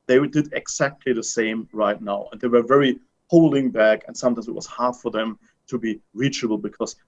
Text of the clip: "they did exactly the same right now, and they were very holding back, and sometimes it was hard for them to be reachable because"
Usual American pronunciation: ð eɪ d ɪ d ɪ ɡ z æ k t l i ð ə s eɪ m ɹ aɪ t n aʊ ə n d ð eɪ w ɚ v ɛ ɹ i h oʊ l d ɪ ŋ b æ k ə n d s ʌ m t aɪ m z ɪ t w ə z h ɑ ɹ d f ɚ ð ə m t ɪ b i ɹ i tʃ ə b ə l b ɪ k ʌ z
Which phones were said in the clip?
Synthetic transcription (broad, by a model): ð eɪ d ɪ d ɪ ɡ z æ k t l i ð ə s eɪ m ɹ aɪ t n aʊ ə n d ð eɪ w ɚ v ɛ ɹ i h oʊ l d ɪ ŋ b æ k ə n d s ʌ m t aɪ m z ɪ t w ə z h ɑ ɹ d f ɚ ð ə m t ɪ b i ɹ i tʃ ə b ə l b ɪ k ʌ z